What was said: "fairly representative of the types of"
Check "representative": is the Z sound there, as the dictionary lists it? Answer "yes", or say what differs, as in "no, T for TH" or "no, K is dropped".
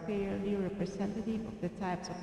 no, S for Z